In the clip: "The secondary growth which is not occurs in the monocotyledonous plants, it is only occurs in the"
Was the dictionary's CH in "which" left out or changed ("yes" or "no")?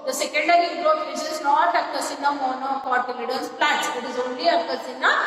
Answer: yes